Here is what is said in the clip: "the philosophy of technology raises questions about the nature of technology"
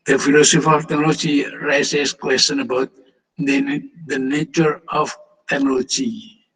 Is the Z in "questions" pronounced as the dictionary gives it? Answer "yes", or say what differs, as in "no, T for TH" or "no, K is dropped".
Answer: no, Z is dropped